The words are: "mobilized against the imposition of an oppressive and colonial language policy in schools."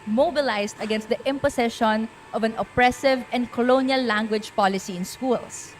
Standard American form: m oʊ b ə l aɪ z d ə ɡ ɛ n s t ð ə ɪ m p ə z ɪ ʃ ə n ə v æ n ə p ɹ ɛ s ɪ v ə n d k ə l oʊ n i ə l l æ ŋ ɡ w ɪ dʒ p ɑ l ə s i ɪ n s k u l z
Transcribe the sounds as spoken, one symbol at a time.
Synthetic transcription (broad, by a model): m oʊ b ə l aɪ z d ə ɡ ɛ n s t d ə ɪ m p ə s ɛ ʃ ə n ə v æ n ə p ɹ ɛ s ɪ v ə n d k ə l oʊ n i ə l l æ ŋ ɡ w ɪ dʒ p ɑ l ə s i ɪ n s k u l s